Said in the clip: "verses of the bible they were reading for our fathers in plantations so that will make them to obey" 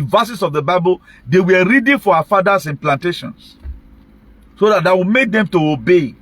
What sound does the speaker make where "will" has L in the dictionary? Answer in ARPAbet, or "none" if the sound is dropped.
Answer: W